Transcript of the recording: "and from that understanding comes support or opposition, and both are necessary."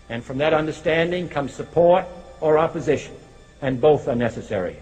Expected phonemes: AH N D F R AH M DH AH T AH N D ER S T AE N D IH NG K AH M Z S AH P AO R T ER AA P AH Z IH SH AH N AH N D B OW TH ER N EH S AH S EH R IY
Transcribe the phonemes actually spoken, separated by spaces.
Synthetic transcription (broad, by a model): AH N F R AH M DH AH T AH N D ER S T AE N D IH NG K AH M Z S AH P AO R T ER AA P AH Z IH SH AH N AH N B OW TH ER N EH S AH S EH R IY